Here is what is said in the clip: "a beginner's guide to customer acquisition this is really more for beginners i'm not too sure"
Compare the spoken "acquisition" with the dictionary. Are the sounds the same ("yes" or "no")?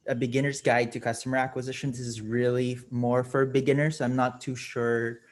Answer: yes